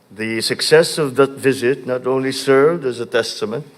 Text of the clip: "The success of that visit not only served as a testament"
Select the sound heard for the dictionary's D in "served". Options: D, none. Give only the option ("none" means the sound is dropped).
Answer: D